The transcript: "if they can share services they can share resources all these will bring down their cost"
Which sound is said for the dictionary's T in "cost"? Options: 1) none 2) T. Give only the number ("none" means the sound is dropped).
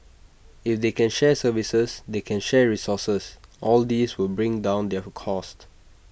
2